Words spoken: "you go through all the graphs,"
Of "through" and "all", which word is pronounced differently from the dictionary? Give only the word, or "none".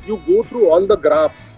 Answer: through